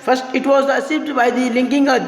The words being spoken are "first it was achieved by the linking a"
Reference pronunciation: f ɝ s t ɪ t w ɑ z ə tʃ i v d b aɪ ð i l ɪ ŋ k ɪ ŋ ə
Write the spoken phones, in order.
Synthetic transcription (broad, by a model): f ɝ s t ɪ t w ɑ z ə s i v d b aɪ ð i l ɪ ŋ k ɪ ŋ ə